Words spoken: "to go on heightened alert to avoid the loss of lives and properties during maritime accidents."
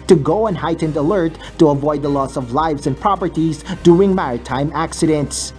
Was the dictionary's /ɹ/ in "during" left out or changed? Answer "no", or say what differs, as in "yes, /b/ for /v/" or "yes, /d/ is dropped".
yes, /ɹ/ is dropped